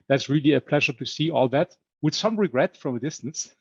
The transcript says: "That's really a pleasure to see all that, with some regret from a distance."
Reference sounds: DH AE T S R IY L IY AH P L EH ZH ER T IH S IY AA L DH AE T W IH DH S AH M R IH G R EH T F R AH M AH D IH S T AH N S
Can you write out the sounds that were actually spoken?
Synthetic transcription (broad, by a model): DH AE T S R IY L IY AH P L EH ZH ER T IH S IY AA L DH AE T W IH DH S AH M R IH G R EH T F R AH M AH D IH S T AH N S